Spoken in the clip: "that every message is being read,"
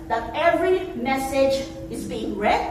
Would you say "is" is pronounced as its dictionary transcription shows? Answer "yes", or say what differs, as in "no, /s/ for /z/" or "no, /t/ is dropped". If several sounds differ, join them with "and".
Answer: yes